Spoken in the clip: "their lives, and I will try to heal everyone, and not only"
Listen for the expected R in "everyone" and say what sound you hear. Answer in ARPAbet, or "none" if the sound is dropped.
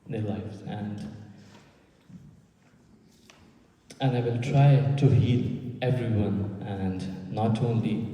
R